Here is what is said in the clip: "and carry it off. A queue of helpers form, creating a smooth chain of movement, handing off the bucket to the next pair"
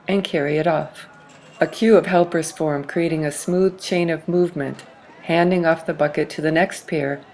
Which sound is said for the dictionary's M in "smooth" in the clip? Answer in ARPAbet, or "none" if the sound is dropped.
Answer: M